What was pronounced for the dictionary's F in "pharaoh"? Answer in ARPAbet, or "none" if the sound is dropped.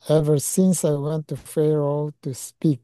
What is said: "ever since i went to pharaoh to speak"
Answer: F